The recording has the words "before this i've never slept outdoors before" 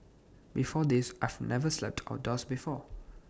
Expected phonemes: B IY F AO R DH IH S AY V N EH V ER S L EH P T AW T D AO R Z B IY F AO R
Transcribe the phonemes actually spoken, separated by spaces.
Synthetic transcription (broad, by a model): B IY F AO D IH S AY V N EH V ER S L EH P T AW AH D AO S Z B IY F AO